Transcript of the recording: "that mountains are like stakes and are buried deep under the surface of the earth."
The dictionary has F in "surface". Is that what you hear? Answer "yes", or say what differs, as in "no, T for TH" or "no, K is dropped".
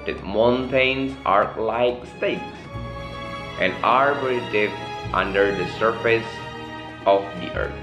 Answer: yes